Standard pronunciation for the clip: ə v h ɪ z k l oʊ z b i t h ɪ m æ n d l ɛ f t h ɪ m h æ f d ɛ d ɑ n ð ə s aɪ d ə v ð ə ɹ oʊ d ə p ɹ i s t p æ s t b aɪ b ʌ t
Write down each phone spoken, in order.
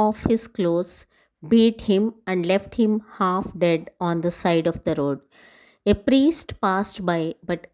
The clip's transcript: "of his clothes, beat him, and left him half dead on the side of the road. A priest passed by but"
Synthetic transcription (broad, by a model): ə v h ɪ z k l oʊ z b i t h ɪ m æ n d l ɛ f t h ɪ m h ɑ f d ɛ d ɑ n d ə s aɪ d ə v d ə ɹ oʊ d ə p ɹ i s t p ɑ s t b aɪ b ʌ t